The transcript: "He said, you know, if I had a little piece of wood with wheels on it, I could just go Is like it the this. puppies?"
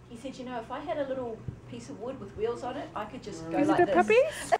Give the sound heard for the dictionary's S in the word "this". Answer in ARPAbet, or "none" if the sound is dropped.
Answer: none